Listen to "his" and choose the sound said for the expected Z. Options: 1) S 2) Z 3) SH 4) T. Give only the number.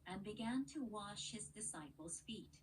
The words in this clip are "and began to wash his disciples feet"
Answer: 2